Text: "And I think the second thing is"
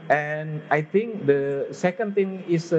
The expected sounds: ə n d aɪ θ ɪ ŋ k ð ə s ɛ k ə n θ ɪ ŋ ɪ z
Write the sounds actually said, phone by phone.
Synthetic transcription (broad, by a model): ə n aɪ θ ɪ ŋ k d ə s ɛ k ə n t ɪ ŋ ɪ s